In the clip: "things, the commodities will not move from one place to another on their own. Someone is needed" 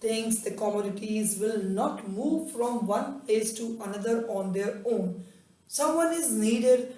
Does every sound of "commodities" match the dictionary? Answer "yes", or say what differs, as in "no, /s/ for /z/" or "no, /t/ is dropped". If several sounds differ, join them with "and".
yes